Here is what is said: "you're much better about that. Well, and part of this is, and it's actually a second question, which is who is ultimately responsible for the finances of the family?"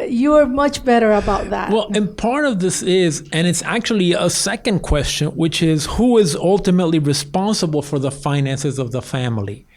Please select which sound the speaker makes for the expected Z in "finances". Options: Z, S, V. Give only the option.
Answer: Z